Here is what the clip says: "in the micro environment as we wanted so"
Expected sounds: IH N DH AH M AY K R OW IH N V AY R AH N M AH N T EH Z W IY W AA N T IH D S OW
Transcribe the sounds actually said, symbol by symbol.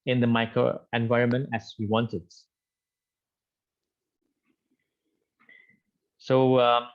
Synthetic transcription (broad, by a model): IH N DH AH M AY K R OW IH N V AY R AH N M AH N T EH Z W IY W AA N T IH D S OW